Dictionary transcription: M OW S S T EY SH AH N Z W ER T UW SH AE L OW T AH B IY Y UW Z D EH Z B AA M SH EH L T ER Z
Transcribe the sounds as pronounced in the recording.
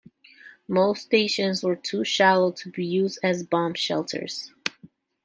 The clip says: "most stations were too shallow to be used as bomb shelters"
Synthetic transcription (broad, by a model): M OW S S T EY SH AH N Z W ER T UW SH AE L OW T AH B IY Y UW Z D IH Z B AA M SH EH L T ER Z